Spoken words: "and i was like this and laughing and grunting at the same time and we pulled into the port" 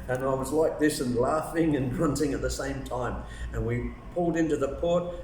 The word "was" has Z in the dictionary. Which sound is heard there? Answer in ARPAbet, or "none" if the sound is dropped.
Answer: Z